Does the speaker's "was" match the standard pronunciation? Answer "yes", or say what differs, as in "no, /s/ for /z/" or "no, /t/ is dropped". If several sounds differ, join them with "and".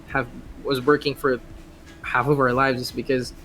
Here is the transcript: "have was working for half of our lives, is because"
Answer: yes